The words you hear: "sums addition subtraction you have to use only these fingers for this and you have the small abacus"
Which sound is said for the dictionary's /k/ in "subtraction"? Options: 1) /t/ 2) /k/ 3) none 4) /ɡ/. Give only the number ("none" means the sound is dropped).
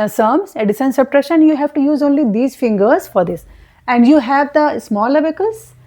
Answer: 3